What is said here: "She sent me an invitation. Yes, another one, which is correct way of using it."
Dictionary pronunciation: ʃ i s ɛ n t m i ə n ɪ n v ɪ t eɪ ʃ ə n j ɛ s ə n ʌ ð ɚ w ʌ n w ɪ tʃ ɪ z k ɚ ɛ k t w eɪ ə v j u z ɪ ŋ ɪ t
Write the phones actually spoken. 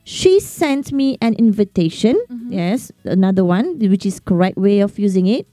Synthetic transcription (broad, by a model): ʃ i s ɛ n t m i ə n ɪ n v ɪ t eɪ ʃ ə n j ɛ s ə n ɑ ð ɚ w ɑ n w ɪ tʃ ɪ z k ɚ ɛ k t w eɪ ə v j u z ɪ ŋ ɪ t